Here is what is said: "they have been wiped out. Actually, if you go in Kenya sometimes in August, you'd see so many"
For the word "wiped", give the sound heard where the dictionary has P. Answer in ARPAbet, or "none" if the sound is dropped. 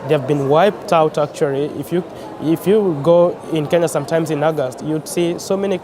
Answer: P